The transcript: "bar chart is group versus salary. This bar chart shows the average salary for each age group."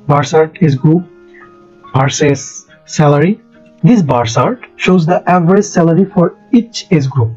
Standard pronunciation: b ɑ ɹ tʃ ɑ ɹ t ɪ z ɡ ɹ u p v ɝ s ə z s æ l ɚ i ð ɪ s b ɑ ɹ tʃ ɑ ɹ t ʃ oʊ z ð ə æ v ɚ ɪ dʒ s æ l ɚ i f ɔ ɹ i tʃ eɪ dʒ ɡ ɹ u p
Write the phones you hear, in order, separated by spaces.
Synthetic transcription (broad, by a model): b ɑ ɹ s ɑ ɹ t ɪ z ɡ ɹ u p b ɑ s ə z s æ l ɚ i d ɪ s b ɑ ɹ s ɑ ɹ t ʃ oʊ z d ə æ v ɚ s s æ l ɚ i f ɔ ɹ i tʃ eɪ z ɡ ɹ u p